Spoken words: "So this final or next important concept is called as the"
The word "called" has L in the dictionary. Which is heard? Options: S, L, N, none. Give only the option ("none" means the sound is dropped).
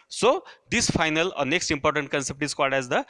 none